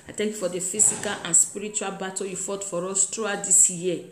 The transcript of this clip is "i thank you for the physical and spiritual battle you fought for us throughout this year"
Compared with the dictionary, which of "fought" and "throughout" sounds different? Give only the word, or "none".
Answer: throughout